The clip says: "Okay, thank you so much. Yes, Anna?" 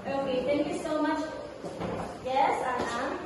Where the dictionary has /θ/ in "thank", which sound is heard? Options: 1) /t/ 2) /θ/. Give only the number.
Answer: 1